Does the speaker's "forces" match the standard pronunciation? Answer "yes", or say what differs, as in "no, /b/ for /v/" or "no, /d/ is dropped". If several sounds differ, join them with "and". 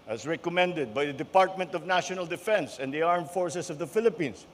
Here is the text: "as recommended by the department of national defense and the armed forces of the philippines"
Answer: no, /s/ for /z/